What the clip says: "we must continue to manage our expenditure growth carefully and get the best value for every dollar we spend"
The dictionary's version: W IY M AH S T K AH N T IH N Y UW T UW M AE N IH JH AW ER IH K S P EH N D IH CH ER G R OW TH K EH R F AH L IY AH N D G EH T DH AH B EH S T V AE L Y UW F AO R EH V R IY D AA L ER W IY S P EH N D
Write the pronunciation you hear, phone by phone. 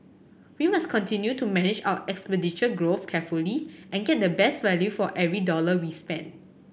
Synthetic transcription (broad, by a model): W IY M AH S K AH N T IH N Y UW T UW M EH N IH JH AW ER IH K S P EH D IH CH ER G R OW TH K EH F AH L IY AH N G EH T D AH B EH S T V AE L Y UW F AO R EH V R IY D AA L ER W IY S P EH N D